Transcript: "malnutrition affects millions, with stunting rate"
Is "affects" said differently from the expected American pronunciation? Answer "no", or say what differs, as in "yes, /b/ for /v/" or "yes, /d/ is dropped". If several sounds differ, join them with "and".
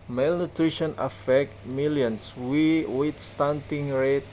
yes, /s/ is dropped